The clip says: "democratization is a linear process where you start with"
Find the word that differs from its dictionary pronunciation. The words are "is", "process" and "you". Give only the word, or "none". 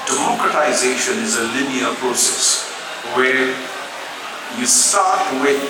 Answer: none